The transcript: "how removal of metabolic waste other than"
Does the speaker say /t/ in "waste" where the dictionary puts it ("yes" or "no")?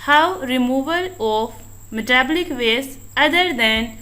no